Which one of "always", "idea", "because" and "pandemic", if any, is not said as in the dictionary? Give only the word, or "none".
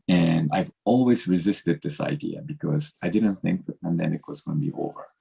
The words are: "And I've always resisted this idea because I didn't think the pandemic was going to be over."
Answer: none